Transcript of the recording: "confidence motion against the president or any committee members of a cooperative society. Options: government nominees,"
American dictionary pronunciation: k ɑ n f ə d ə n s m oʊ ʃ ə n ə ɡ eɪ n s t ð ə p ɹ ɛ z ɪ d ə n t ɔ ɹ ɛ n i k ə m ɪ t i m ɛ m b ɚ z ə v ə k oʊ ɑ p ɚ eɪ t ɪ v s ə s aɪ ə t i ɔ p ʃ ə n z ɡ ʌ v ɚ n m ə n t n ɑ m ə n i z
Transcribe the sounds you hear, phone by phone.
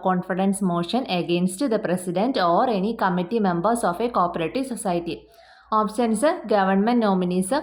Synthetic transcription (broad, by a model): k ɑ n f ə d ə n s m oʊ ʃ ə n ə ɡ eɪ n s t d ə p ɹ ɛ s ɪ d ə n t ɔ ɹ ɛ n i k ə m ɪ t i m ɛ m b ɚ s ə f ə k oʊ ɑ p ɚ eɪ t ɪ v s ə s aɪ t i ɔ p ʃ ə n s ɡ ʌ v ɚ n m ə n t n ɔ m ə n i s